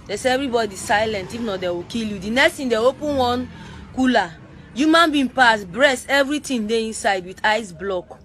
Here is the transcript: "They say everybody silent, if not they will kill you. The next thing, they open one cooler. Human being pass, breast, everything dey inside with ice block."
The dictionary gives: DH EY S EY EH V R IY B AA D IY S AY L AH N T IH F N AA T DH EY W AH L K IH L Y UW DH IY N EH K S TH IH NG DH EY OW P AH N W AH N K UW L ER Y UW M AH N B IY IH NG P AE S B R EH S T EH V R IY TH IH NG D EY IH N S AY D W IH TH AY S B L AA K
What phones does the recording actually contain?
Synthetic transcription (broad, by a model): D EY S EY EH V R IY B AA D IY S AY L AH N T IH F N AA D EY W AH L K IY L Y UW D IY N EH K S T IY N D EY OW P AH N W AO N K UW L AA Y UW M AH N B IY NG P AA S B R EH S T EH V R IY T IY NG D EY IH N S AY D W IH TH AY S B L AA K